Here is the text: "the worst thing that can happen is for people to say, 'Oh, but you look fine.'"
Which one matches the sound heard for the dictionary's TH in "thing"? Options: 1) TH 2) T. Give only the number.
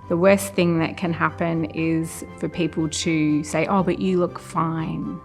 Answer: 1